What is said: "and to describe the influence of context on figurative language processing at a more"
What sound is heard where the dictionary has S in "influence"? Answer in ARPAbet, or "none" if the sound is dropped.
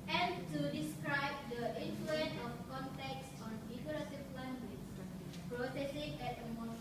none